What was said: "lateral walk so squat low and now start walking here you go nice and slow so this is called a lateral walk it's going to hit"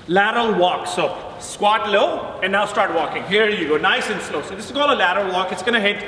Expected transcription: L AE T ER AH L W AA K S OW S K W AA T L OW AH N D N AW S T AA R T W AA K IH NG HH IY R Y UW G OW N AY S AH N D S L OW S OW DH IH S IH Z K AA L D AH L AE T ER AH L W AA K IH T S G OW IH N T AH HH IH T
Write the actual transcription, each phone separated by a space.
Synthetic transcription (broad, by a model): L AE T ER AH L W AA K S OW S K W AA T L OW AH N N AW S T AA R T W AA K IH NG HH IY R Y UW G OW N AY S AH N S L OW S OW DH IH S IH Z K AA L AH L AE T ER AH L W AA K IH T S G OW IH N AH HH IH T